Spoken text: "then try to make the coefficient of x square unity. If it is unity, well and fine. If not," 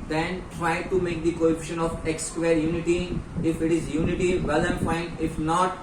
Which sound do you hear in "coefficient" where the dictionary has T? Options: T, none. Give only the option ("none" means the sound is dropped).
none